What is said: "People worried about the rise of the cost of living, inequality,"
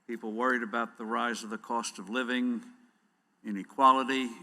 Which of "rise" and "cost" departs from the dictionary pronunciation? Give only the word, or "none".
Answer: none